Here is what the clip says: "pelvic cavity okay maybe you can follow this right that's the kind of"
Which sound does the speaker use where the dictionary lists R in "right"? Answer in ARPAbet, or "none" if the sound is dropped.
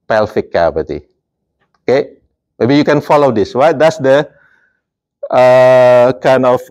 W